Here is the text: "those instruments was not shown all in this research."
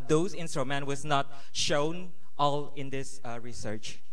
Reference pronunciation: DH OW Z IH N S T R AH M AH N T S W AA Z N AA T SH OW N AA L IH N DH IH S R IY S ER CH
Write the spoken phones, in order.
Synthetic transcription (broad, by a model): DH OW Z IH N S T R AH M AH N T W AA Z N AA T SH OW N AA L IH N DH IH S R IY S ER CH